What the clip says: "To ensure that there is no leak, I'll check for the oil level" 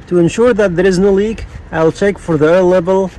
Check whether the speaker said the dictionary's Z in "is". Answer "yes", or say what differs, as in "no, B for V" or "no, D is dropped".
yes